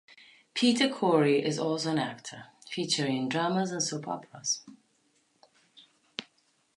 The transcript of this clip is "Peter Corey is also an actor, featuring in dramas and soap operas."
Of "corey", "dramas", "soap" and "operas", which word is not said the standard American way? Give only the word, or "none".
operas